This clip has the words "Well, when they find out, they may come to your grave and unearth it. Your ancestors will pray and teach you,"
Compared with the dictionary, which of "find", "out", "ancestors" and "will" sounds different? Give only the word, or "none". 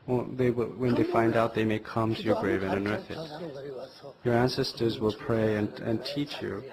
none